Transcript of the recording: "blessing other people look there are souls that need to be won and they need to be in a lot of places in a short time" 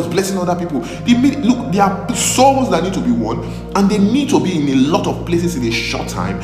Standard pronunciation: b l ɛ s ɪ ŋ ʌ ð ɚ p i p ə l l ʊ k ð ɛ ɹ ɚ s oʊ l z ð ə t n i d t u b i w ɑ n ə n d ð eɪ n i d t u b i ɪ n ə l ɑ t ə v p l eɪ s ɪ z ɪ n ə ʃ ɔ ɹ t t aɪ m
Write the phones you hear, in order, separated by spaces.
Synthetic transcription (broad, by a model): b l ɛ s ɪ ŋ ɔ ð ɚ p i p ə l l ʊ k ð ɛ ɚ s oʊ z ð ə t n i d t u b i w ɑ n ə n d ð eɪ n i d t u b i ɪ n ə l ɑ t ə v p l eɪ s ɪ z ɪ n ə ʃ ɔ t t aɪ m